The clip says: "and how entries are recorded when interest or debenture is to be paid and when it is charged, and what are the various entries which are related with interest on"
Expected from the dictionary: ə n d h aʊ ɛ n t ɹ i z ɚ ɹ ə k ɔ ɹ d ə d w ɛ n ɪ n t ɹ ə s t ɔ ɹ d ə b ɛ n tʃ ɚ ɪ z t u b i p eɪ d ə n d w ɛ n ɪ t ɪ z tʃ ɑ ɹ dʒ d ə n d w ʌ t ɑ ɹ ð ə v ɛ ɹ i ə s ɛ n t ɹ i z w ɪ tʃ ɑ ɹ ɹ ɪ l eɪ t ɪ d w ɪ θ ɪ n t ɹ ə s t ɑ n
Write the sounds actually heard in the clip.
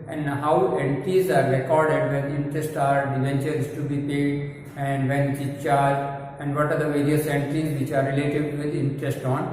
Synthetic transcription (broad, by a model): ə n d h aʊ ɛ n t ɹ i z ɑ ɹ ə k ɔ ɹ d ə d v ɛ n ɪ n t ɹ ə s t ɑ ɹ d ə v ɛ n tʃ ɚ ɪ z t u b i p eɪ d ə n d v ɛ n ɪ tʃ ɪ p tʃ ɑ ɹ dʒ ə n d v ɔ t ɑ ɹ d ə v ɛ ɹ i ə s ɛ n t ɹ i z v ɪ tʃ ɑ ɹ ɹ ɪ l eɪ t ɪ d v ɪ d ɪ n t ɹ ə s t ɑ n